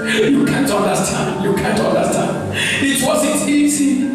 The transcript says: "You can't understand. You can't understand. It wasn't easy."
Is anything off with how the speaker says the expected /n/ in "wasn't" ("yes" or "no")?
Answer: yes